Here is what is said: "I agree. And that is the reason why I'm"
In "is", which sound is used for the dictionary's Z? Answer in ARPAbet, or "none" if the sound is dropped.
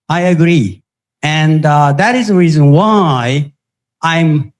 Z